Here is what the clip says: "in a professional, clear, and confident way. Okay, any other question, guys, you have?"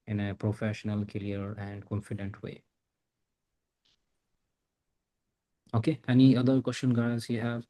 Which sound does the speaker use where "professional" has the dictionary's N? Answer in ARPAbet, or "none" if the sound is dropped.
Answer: N